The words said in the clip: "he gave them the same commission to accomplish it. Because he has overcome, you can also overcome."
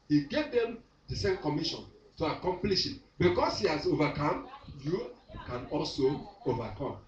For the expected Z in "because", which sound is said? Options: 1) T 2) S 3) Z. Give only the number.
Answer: 2